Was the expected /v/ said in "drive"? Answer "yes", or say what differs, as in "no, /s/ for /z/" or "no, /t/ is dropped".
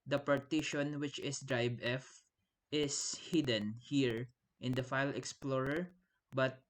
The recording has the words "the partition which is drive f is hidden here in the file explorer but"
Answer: no, /b/ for /v/